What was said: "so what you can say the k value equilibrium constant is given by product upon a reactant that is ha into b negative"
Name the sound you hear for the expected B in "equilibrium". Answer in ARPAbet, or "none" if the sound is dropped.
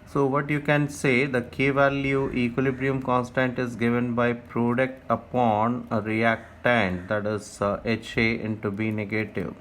B